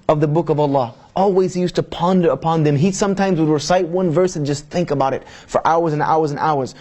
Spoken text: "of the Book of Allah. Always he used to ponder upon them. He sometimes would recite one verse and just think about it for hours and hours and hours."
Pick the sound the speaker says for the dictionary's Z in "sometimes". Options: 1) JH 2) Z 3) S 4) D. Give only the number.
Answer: 2